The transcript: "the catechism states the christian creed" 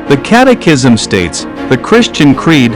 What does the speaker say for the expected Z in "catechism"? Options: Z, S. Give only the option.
Z